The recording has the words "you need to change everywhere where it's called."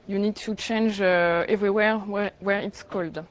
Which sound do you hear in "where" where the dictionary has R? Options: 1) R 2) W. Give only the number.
1